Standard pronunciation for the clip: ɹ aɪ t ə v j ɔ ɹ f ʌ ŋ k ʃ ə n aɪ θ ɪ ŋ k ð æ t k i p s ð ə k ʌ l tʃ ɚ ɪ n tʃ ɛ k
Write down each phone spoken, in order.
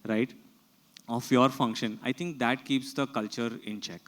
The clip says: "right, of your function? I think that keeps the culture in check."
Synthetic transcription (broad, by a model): ɹ aɪ t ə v j ɔ ɹ f ʌ ŋ k ʃ ə n aɪ t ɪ ŋ k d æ t k i p s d ə k ʌ l tʃ ɚ ɪ n tʃ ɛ k